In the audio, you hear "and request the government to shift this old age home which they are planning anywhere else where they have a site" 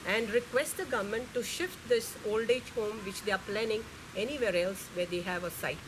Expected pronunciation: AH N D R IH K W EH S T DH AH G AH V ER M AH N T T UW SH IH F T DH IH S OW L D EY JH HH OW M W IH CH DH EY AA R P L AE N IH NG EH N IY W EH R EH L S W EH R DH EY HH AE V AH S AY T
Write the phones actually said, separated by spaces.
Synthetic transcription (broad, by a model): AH N D R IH K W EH S T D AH G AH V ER M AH N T T UW SH IH F T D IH S OW L D EY JH HH OW M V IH CH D EY AA R P L AE N IH NG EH N IY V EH R EH L S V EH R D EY HH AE V AH S AY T